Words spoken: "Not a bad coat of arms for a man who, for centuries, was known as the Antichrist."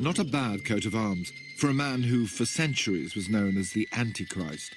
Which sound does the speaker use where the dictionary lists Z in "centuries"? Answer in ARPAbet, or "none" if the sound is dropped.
Z